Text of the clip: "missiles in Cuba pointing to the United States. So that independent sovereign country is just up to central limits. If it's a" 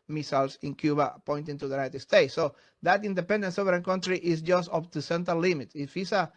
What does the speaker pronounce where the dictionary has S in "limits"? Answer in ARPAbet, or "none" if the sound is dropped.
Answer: none